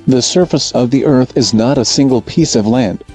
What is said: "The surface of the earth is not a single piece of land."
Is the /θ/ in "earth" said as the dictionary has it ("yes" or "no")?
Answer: yes